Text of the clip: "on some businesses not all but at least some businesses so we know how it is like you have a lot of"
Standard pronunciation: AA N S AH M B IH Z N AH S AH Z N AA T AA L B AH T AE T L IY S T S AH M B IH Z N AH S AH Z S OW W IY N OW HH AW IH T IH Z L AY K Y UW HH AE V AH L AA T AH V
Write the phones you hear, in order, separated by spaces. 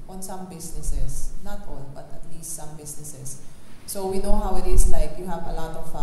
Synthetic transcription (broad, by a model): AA N S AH M B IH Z N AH S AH S N AA T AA N B AH T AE T L IY S T S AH M B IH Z N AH S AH S OW W IY N OW HH AW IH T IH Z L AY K Y UW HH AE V AH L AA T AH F